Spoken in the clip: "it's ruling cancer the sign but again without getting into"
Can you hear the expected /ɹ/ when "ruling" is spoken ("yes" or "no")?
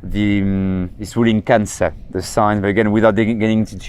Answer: no